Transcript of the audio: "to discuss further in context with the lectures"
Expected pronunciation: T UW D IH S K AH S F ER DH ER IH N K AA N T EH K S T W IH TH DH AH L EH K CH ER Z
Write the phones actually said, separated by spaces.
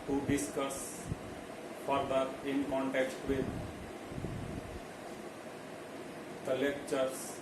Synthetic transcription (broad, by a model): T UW D IH S K AH S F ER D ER IH N K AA N T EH K T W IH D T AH L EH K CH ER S